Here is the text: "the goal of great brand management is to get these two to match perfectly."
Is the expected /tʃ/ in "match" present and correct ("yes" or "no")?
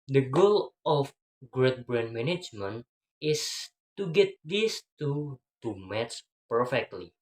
no